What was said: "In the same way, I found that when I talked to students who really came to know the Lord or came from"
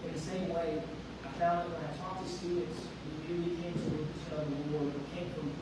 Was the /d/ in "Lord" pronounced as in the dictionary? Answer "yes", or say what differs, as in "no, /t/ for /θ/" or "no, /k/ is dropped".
no, /d/ is dropped